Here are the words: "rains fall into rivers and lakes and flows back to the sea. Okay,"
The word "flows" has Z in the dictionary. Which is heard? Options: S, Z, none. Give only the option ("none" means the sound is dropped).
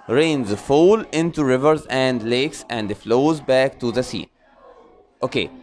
Z